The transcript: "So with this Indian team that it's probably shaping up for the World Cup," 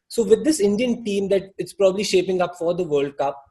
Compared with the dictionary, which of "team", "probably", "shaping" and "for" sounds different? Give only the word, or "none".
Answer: none